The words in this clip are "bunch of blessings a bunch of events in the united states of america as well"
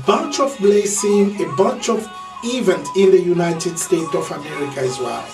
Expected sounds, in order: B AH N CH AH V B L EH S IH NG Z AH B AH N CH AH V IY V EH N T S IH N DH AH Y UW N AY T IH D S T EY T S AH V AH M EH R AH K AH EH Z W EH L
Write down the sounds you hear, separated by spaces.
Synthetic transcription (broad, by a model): B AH N CH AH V B L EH S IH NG AH B AH N CH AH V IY V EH N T IH N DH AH Y UW N AY T IH D S T EY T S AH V AH M EH R AH K AH EH Z W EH L